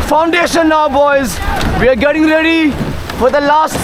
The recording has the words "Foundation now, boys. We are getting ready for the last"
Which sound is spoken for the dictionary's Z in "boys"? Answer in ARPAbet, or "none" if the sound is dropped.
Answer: Z